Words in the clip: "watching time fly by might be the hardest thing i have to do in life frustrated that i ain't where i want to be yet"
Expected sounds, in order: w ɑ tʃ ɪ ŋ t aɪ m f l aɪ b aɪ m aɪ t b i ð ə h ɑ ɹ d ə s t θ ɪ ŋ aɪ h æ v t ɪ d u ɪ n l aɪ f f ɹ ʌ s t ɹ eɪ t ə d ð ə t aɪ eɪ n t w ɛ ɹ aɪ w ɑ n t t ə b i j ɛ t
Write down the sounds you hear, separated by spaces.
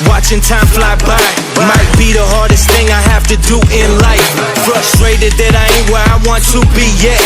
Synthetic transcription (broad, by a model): w ɑ tʃ ɪ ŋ t aɪ m f l aɪ b aɪ m aɪ t b i ð ə h ɑ ɹ d ə s t θ ɪ ŋ aɪ h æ f t ɪ d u ɪ n l aɪ f f ɹ ʌ s t ɹ eɪ t ə d ð ə t aɪ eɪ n w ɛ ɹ aɪ w ɑ n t t ə b i j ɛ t